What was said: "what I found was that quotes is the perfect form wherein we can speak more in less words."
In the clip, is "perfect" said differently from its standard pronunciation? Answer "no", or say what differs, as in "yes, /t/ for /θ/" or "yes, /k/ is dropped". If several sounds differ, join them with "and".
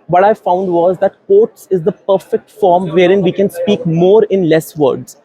no